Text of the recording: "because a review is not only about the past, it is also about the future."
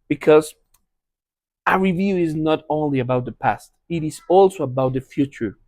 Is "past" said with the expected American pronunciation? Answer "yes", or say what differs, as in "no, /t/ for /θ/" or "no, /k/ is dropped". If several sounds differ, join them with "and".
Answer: yes